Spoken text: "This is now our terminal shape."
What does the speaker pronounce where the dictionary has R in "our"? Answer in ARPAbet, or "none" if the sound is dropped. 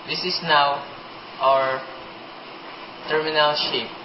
R